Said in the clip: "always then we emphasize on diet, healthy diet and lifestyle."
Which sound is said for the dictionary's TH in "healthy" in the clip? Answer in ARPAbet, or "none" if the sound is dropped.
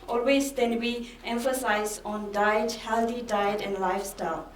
T